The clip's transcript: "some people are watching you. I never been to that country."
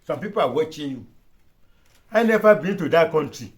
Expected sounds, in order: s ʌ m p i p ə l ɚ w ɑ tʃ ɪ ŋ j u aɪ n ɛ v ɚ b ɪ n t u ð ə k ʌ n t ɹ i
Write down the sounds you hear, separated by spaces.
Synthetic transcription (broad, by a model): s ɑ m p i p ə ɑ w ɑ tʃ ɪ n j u aɪ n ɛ f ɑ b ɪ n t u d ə k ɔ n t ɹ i